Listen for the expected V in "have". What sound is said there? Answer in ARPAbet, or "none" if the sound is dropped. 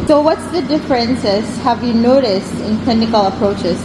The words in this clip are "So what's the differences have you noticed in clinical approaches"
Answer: V